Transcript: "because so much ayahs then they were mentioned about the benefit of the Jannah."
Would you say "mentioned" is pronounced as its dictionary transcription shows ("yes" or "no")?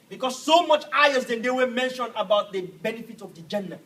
no